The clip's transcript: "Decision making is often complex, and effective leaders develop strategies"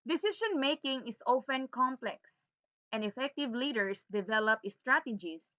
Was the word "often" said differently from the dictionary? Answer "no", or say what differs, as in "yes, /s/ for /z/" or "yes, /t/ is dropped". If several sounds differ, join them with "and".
no